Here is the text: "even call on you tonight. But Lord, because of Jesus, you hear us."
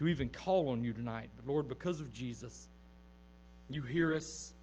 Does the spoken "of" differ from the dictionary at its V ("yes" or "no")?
no